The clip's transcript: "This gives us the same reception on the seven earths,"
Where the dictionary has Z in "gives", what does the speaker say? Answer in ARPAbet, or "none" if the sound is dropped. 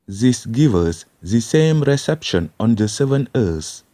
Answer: none